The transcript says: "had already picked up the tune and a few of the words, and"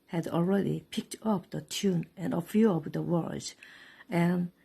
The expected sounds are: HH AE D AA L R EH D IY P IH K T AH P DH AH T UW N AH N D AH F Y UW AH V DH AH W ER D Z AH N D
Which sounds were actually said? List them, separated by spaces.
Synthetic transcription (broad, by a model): HH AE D AA L R EH D IY P IH K T AH P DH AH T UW N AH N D AH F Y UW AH P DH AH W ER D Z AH N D